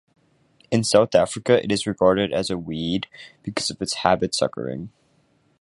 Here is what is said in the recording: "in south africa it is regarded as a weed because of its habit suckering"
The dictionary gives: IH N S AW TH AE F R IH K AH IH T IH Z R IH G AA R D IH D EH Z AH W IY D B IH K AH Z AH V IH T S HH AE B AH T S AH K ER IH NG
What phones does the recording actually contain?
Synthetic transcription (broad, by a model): IH N S AW TH AE F R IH K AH IH T IH Z R IH G AA R D IH D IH Z AH W IY D B IH K AH Z AH V IH T S HH AE B AH T S AH K ER IH NG